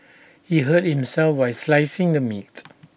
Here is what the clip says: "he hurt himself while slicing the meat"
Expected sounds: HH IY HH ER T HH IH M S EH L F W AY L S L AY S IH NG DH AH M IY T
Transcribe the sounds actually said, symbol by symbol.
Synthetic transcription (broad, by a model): HH IY HH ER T HH IH M S EH L F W AY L S L AY S IH NG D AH M IY T